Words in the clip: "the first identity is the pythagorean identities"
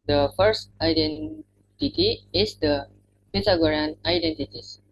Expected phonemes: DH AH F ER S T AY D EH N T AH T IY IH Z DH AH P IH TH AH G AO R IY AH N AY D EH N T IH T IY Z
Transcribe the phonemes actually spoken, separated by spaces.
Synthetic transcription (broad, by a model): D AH F ER S T AY D EH N T AH T IY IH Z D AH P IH T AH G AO R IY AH N AY D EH N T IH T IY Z